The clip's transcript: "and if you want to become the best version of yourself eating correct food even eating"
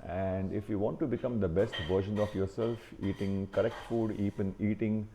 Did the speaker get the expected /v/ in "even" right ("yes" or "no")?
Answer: no